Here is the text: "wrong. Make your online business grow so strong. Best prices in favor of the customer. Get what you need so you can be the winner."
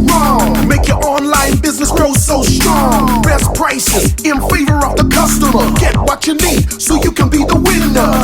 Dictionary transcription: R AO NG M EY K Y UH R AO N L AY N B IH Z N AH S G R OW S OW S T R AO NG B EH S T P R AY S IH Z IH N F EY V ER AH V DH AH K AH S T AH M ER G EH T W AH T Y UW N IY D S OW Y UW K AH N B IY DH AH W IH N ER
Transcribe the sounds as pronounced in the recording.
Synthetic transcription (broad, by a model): R AO NG M EY K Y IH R AO N L AY N B IH Z N AH S G R OW S OW S T R AO NG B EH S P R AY S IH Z IH N F EY V ER AH V DH AH K AH S T AH M ER G EH T W AH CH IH N IY D S OW Y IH K AH N B IY DH AH W IH N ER